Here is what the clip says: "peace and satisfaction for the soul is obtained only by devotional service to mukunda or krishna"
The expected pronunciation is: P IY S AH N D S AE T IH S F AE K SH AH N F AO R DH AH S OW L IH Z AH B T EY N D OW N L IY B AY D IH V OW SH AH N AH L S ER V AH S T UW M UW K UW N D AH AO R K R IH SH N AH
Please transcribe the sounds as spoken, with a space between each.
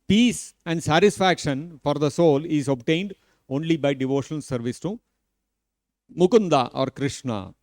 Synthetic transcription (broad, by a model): P IY S AH N D S AE T IH S F AE K SH AH N F AO R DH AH S OW L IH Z AH B T EY N D OW N L IY B AY D IH V OW SH AH N AH L S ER V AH S T UW M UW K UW N D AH AO R K R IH SH N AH